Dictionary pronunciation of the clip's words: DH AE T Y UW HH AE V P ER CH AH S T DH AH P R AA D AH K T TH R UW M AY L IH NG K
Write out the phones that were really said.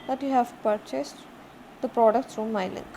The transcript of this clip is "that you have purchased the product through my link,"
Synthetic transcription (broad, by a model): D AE T Y UW HH AE V P ER CH AH S T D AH P R AA D AH K T S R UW M AY L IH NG